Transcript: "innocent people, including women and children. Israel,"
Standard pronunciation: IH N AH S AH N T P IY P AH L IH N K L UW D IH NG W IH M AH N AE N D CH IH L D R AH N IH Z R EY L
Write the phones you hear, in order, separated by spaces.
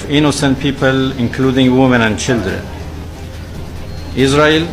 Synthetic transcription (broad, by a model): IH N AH S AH N T P IY P AH L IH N K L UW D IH NG W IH M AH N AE N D CH IH L D R AH N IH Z R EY L